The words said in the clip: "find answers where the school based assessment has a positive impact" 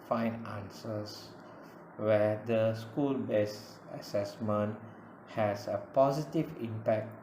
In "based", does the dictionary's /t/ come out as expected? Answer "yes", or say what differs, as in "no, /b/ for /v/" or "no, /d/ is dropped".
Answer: no, /t/ is dropped